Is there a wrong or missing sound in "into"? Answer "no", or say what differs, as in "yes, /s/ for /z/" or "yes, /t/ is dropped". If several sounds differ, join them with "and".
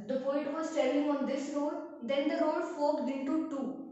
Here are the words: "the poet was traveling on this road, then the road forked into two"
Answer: yes, /n/ is dropped